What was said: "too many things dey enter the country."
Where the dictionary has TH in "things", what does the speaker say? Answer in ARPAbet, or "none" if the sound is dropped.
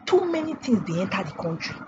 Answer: T